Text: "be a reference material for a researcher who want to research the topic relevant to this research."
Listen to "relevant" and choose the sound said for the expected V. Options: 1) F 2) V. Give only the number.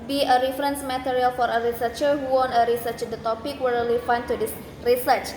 1